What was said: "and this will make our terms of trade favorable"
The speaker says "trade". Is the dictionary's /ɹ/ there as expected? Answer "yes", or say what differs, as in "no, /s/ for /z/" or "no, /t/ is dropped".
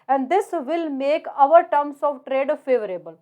yes